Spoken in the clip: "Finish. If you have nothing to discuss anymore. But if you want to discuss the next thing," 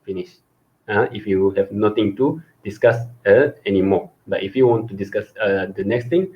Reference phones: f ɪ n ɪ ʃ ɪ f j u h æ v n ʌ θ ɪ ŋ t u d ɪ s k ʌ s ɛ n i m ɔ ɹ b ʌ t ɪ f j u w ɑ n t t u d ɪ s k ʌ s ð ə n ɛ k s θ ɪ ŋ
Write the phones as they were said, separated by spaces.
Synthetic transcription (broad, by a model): f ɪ n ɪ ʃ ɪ f j u h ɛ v n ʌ t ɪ ŋ t u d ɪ s k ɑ s ɛ n i m ɔ b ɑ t ɪ f j u w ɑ n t t u d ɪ s k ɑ s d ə n ɛ k s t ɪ ŋ